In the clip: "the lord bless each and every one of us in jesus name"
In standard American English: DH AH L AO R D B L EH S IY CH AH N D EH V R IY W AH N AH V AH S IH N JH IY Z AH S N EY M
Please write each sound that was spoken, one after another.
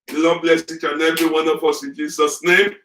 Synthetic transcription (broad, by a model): L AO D B L EH S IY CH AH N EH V IY W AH N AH F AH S IH N JH IY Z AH S N EY M